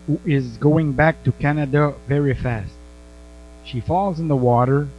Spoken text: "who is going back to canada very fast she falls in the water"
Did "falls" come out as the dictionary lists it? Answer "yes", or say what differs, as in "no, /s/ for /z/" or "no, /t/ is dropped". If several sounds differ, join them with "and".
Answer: yes